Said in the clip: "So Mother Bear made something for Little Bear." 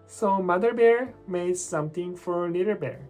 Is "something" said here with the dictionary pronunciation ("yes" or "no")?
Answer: no